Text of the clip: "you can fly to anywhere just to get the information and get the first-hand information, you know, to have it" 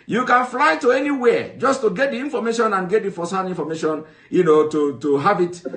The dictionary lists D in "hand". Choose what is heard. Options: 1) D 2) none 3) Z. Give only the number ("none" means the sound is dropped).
2